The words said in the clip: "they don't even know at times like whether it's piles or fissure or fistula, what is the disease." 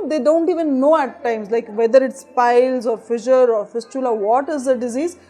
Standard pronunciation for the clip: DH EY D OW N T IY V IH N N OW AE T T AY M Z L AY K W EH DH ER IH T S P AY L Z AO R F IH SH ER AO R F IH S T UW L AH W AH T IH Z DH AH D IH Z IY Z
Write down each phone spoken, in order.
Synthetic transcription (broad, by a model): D EY D OW N T IY V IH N N OW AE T T AY M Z L AY K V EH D ER IH T S P AY L Z AO R F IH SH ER AO R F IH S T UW L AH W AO T IH Z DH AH D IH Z IY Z